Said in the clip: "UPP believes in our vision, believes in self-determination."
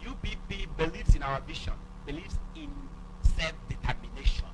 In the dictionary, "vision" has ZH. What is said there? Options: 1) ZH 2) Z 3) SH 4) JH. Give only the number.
3